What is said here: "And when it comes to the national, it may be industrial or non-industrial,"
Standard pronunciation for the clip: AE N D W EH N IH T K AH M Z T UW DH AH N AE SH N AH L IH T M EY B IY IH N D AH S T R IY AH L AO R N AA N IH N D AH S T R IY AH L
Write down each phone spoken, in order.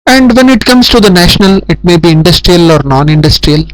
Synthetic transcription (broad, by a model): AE N D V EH N IH T K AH M S T UW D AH N AE SH N AH L IH T M EY B IY IH N D AH S T R IY AH L AO R N AA N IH N D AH S T R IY AH L